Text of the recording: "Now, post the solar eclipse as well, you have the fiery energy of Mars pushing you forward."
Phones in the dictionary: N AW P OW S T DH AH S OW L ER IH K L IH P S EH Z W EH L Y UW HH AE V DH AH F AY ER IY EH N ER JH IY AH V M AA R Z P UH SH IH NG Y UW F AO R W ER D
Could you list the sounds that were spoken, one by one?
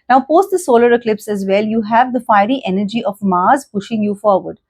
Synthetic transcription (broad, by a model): N AW P OW S T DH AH S OW L ER IH K L IH P S EH Z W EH L Y UW HH AE V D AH F AY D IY EH N ER JH IY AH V M AA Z P UH SH IH NG Y UW F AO R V ER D